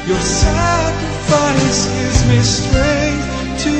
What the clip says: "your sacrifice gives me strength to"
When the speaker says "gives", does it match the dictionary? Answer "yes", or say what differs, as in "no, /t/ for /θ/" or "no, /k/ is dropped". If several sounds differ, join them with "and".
no, /v/ is dropped